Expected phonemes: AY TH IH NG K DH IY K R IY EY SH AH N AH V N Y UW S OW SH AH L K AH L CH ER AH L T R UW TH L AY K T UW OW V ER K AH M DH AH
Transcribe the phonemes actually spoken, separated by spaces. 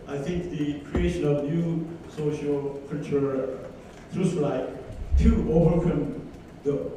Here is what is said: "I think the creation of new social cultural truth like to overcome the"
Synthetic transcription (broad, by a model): AY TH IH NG K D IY K R IY EY SH AH N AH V N Y UW S OW SH AH L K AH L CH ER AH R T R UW S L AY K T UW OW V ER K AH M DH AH